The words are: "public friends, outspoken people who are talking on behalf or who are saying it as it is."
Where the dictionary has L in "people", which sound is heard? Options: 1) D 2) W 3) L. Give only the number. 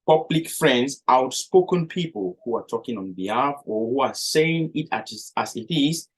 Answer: 3